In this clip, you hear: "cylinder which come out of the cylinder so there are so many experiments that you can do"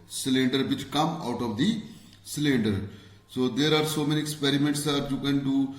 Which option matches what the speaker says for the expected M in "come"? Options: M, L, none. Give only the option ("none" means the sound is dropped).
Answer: M